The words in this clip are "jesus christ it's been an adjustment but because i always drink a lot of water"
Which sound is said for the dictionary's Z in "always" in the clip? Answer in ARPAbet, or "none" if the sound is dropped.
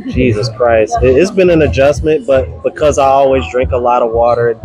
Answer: Z